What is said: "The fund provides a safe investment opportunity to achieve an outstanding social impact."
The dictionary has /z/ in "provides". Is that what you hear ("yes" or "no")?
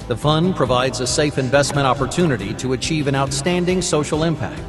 yes